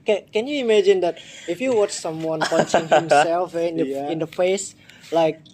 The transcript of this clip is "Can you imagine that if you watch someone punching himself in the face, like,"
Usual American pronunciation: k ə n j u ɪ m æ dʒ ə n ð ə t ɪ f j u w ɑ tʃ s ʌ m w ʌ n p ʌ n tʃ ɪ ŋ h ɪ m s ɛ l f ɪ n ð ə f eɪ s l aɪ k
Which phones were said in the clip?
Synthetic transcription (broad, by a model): k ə n j u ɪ m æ dʒ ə n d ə t ɪ f j u w ɑ tʃ s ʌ m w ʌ n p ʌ tʃ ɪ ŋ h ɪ m s ɛ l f ɪ n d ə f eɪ s l aɪ k